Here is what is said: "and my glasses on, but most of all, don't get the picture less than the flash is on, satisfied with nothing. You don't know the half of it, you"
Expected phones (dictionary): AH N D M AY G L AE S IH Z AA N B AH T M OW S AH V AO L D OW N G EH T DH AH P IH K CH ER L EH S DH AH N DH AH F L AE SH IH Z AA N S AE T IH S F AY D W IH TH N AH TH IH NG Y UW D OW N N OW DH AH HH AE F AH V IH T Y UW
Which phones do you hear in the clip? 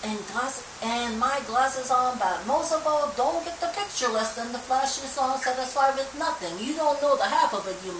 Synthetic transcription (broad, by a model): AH N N M AY G L AE S IH Z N B AH T M OW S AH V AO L D OW N G EH T DH AH P IH K CH ER L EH S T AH N DH AH F L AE SH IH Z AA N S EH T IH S AY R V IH N AH TH IH NG Y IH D OW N N OW DH AH HH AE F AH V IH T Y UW